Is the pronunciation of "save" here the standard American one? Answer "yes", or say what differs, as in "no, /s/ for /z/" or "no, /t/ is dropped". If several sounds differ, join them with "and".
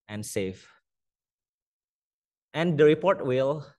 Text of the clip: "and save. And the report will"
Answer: no, /f/ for /v/